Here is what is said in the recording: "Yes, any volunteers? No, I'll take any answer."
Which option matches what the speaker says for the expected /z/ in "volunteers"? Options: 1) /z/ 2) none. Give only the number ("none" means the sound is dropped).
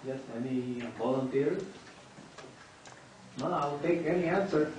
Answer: 2